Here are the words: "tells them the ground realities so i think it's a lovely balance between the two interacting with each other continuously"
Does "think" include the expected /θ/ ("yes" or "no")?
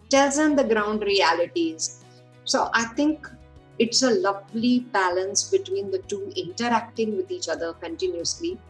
no